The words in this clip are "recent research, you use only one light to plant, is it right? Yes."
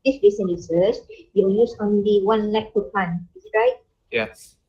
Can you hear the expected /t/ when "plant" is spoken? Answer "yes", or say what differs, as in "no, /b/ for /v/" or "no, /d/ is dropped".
no, /t/ is dropped